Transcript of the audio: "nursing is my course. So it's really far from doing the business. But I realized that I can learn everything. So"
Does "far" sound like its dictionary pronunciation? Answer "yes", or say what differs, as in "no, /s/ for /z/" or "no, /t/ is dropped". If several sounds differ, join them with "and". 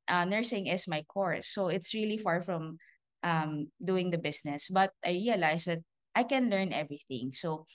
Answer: yes